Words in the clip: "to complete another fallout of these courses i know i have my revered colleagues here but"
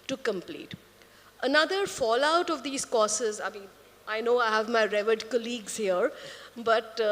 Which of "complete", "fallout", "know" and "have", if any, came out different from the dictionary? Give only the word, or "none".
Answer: none